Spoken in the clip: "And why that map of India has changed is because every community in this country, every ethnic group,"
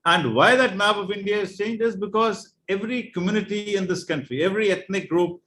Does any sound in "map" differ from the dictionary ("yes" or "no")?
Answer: yes